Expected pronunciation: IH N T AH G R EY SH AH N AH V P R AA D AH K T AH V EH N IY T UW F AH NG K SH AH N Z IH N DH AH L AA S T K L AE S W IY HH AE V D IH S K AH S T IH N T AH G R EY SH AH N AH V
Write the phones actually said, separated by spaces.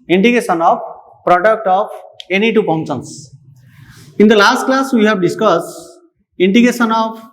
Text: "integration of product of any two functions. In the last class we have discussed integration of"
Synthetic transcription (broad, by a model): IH N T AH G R EY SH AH N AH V P R AA D AH K T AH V EH N IY T UW P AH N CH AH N S IH N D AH L AA S T K L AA S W IY HH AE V D IH S K AH S T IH N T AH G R EY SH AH N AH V